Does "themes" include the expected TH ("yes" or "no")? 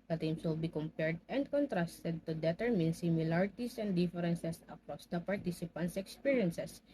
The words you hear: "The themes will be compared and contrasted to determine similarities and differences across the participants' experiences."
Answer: no